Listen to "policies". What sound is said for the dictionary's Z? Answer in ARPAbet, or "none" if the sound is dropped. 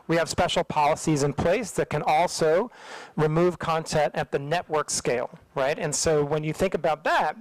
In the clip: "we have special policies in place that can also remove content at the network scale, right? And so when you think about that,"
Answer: Z